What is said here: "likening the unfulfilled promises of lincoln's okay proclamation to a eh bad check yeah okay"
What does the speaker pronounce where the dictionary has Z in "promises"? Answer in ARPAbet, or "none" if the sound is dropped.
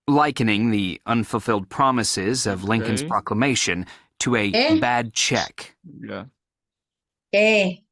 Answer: Z